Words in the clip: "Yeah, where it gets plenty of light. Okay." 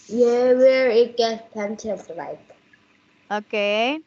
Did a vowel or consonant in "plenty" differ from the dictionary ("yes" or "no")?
yes